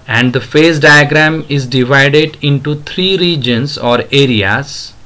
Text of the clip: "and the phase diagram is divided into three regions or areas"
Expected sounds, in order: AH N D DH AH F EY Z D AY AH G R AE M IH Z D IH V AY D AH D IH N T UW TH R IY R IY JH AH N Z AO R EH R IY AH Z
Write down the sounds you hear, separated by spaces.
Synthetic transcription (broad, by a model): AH N D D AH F EY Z D AY AH G R AE M IH Z D IH V AY D AH D IH N T UW T R IY R IY JH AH N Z AO R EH R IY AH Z